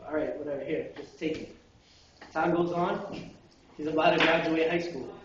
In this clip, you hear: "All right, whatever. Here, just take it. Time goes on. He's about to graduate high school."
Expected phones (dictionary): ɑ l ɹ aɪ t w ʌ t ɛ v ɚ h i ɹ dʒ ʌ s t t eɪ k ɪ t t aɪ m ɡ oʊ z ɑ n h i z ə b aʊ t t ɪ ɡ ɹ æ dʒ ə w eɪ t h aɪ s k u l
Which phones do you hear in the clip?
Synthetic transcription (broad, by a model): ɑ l ɹ aɪ t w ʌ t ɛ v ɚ h i ɹ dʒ ʌ s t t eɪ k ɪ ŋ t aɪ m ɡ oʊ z ɑ n h i z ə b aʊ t t ɪ ɡ ɹ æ dʒ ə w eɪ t h aɪ s k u l